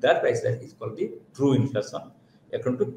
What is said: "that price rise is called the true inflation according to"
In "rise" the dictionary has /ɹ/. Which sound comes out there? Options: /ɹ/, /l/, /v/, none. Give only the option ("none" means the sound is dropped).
/l/